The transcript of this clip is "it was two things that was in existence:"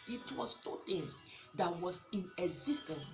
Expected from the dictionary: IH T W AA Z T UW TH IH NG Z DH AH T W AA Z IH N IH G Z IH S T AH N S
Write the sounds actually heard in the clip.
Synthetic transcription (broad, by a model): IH T W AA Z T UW T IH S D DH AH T W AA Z IH N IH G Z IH S T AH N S